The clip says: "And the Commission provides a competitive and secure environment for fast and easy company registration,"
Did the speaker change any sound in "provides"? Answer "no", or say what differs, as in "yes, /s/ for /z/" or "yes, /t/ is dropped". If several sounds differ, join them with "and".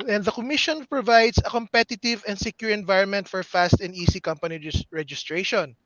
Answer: yes, /s/ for /z/